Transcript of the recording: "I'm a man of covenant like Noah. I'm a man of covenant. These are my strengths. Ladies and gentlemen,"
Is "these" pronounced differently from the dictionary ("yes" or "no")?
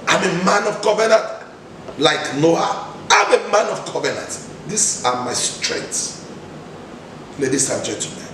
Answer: yes